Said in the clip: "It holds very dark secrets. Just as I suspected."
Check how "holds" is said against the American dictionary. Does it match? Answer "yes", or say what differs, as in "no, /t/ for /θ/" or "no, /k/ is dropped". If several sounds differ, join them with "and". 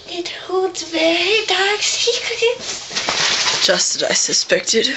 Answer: no, /l/ is dropped